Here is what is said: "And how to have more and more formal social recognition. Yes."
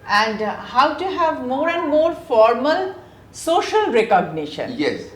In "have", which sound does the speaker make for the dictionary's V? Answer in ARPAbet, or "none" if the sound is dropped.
V